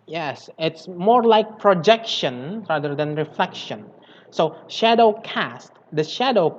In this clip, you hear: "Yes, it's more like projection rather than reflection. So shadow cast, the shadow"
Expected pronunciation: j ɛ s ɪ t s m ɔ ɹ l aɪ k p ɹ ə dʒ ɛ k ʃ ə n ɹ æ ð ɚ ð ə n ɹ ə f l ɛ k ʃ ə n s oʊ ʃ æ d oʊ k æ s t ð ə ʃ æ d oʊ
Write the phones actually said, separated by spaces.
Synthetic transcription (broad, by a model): j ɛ s ɪ t s m ɔ ɹ l aɪ k p ɹ ə dʒ ɛ k ʃ ə n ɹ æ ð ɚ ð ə n ɹ ə f l ɛ k ʃ ə n s oʊ ʃ æ d oʊ k æ s t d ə ʃ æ d oʊ